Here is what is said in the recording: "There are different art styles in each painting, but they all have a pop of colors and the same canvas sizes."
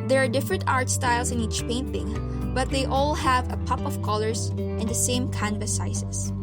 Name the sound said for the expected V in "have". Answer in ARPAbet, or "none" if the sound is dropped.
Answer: V